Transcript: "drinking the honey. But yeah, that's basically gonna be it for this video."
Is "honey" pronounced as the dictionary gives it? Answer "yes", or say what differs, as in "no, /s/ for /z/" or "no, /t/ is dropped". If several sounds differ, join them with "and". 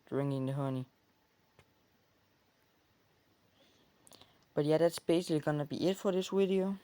yes